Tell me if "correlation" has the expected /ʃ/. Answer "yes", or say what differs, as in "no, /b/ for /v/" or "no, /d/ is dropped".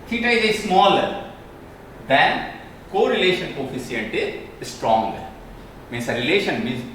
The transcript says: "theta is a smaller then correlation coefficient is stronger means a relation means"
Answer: yes